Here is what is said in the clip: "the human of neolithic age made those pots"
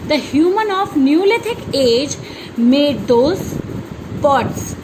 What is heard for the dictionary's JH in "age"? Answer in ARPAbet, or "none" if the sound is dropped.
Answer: JH